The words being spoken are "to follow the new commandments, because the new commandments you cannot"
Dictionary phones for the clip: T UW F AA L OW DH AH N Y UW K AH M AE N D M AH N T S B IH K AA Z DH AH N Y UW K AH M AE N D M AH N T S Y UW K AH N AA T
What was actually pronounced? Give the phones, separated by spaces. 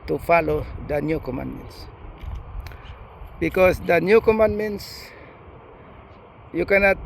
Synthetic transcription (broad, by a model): T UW F AA L OW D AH N Y UW K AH M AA N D M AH N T S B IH K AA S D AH N Y UW K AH M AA N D M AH N T S Y UW K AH N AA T